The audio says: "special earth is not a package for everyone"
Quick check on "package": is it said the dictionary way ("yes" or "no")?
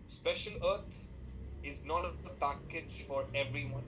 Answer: yes